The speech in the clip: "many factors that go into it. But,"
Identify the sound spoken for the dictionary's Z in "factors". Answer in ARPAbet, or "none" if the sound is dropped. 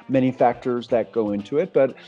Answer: Z